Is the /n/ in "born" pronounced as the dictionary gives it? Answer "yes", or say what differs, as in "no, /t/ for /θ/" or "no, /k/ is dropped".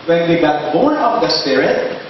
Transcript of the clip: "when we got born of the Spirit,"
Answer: no, /n/ is dropped